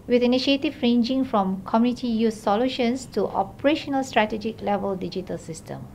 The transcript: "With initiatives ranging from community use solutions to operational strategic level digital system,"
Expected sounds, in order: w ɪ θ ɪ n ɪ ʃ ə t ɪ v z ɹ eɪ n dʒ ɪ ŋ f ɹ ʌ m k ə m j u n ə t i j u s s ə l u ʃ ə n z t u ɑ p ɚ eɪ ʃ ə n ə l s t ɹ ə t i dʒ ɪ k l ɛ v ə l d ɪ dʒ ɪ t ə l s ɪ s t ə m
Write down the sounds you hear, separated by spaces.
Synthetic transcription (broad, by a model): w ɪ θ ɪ n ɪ ʃ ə t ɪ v ɹ eɪ n dʒ ɪ ŋ f ɹ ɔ m k ə m j u n ə t i j u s s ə l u ʃ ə n s t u ɑ p ɚ eɪ ʃ ə n ə l s t ɹ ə t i dʒ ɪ k l ɛ v ə l d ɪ dʒ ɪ t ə l s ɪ s t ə m